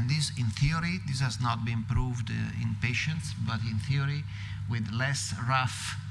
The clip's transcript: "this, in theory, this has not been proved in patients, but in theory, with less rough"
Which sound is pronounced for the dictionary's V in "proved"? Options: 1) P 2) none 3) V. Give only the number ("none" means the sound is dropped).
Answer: 3